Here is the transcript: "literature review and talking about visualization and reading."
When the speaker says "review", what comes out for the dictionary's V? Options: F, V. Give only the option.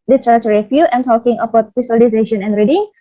F